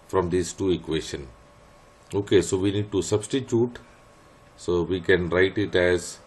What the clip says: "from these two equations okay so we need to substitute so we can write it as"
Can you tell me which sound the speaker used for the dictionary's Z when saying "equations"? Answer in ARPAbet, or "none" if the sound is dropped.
none